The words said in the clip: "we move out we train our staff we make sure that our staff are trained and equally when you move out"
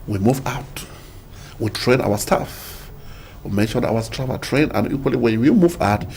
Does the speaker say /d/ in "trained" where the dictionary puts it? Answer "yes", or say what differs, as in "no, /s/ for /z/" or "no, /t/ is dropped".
no, /d/ is dropped